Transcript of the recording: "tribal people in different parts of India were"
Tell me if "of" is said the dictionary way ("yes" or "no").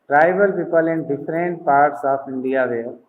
no